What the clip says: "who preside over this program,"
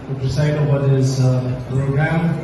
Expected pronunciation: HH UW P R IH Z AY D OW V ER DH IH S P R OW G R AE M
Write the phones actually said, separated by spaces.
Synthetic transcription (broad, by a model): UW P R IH S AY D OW ER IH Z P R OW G R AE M